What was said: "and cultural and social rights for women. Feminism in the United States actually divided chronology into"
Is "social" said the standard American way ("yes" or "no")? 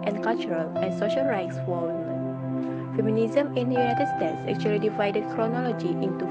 yes